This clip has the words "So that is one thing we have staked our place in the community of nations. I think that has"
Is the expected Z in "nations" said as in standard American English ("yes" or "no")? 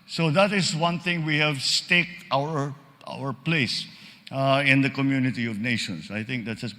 no